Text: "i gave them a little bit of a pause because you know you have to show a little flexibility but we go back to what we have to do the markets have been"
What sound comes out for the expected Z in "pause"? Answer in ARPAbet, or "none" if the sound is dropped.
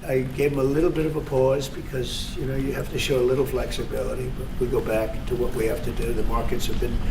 Z